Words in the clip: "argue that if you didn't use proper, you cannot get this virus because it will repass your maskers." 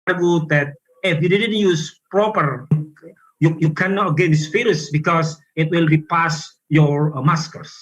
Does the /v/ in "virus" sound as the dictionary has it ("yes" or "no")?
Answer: no